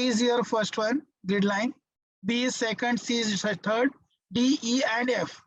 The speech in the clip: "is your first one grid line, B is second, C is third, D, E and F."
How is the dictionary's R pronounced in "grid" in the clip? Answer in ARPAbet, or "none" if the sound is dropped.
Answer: none